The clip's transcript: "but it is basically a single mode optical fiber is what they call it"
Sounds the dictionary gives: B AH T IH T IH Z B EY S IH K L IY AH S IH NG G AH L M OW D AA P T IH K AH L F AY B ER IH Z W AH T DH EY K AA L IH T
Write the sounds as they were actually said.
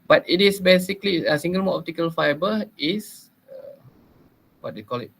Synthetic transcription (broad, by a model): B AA T IH T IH S B EY S IH K L IY AH S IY NG G AH L M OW AA P T IH K AH L F AY B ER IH S W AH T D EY K AA L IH T